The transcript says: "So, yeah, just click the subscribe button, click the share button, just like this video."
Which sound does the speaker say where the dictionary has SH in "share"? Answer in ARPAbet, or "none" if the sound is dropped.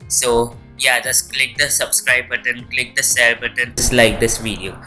S